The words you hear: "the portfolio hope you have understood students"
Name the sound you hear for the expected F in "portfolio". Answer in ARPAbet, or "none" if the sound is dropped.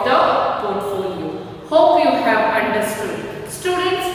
none